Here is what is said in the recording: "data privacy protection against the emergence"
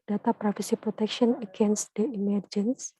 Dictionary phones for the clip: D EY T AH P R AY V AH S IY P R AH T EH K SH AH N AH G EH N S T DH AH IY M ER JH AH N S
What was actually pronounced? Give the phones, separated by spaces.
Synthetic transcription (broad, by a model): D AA T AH P R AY F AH S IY P R AH T EH K SH AH N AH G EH N S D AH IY M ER JH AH N S